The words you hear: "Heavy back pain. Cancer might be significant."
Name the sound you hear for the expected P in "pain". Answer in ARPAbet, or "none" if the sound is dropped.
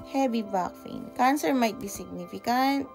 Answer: F